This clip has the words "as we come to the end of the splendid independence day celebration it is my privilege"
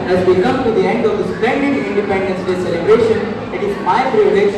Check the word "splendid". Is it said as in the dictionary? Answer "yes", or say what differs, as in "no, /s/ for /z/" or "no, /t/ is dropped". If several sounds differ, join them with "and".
no, /l/ is dropped